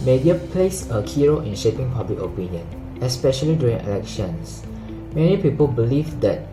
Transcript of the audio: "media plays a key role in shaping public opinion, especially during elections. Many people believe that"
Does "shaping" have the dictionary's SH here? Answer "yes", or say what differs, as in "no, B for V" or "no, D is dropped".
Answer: yes